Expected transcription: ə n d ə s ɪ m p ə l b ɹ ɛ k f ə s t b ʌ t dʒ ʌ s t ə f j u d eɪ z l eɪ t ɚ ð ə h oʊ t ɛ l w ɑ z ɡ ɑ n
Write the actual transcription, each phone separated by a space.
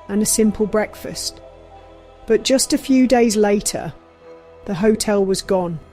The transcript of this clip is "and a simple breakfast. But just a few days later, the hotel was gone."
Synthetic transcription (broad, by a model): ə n ə s ɪ m p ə l b ɹ ɛ k f ə s t b ʌ t dʒ ʌ s t ə f j u d eɪ z l eɪ t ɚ ð ə h oʊ t ɛ l w ɑ z ɡ ɑ n